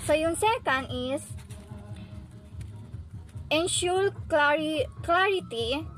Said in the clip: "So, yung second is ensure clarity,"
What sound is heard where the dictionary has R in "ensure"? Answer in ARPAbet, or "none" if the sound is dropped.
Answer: L